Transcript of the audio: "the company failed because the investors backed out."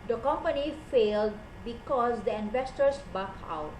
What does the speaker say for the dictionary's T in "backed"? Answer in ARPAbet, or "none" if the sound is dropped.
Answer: none